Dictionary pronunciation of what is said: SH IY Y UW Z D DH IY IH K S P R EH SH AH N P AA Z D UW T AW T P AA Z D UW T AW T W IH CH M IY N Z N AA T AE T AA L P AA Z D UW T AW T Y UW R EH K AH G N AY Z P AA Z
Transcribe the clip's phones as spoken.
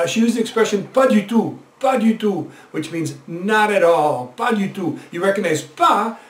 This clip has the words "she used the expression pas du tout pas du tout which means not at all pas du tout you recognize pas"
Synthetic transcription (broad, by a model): SH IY Y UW Z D DH IY IH K S P R EH SH AH N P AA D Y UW T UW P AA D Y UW T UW W IH CH M IY N Z N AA T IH T AA L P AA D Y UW T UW Y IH R EH K AH G N AY Z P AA